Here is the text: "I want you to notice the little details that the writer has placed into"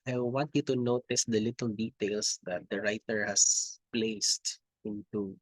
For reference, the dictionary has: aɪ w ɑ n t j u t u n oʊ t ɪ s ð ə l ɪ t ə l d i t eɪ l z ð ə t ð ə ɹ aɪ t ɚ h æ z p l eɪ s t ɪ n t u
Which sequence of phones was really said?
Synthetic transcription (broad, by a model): aɪ w ɑ n t j u t u n oʊ t ɪ s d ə l ɪ t ə l d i t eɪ l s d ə t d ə ɹ aɪ t ɚ h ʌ s p l eɪ s t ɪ n t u